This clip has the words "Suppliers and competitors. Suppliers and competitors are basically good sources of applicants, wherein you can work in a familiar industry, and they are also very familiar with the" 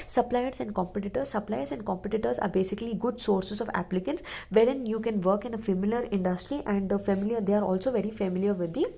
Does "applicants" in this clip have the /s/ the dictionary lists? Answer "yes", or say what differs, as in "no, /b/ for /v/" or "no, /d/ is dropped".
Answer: yes